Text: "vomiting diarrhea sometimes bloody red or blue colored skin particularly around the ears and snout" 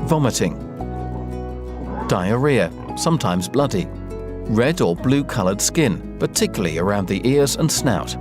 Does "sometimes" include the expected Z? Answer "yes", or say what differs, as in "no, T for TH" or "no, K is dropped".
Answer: yes